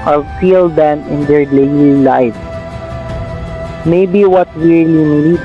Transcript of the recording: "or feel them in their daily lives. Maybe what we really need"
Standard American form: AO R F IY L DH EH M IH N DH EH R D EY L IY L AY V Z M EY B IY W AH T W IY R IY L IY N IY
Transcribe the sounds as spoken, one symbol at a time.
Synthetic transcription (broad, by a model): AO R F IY L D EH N IH N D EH R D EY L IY L AY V M EY B IY W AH T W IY R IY N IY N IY